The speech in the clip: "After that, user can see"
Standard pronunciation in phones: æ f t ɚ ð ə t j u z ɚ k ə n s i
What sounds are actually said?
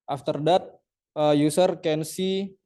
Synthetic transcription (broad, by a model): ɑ f t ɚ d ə t j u s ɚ k ə n s i